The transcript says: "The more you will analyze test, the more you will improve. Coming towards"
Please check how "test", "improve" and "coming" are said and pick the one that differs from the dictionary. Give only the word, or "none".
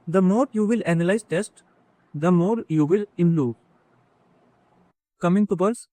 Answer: improve